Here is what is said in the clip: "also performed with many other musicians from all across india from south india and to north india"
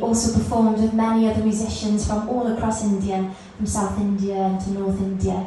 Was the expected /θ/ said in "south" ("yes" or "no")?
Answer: yes